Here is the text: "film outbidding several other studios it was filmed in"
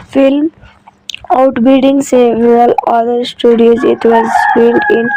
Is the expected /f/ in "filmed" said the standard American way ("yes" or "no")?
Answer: no